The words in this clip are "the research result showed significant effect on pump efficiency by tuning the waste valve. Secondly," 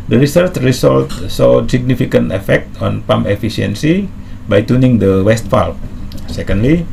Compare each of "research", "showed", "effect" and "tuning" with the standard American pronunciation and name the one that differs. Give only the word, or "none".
showed